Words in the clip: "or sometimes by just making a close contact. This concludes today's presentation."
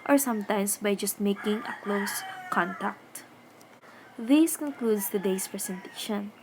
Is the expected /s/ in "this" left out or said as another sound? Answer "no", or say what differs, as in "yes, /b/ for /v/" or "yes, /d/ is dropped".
no